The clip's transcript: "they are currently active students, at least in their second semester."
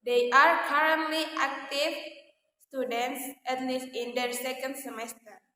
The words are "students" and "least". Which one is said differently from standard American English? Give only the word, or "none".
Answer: none